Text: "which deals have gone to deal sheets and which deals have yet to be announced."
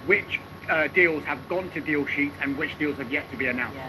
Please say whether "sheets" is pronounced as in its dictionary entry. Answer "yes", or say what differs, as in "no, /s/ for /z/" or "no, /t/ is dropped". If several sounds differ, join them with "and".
no, /s/ is dropped